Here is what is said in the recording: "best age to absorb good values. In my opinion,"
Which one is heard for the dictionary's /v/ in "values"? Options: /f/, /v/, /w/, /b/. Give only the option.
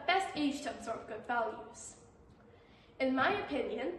/v/